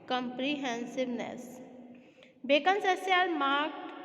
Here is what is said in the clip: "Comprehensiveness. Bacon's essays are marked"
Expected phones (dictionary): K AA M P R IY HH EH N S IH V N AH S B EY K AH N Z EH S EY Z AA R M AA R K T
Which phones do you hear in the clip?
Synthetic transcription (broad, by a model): K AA M P R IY HH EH N S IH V N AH S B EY K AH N S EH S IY AA L M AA R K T